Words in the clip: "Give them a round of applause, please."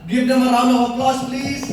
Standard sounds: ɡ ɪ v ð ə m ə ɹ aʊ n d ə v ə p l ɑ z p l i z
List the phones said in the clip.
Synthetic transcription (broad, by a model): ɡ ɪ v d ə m ə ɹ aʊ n ə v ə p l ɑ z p l i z